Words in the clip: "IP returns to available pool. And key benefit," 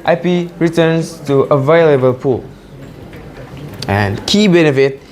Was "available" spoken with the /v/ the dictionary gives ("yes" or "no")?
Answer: yes